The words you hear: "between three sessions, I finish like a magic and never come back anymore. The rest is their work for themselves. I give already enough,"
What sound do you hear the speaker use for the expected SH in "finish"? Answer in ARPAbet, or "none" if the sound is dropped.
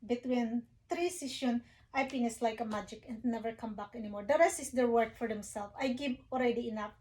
S